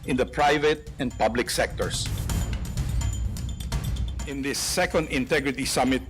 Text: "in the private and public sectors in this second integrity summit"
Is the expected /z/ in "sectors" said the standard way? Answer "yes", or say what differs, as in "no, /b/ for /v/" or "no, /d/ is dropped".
no, /s/ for /z/